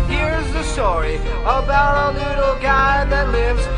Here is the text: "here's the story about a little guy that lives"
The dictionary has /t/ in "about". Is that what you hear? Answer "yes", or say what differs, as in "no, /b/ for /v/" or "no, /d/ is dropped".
yes